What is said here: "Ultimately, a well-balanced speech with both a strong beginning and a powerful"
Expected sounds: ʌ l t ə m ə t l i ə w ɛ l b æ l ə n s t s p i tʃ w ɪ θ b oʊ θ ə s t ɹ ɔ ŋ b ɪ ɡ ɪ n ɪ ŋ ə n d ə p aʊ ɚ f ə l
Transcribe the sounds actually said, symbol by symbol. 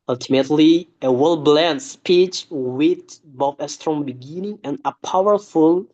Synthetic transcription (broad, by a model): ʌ l t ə m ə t l i ə w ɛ l b l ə n t s p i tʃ w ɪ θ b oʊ f ə s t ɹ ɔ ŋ b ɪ ɡ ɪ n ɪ ŋ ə n ə p aʊ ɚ f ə l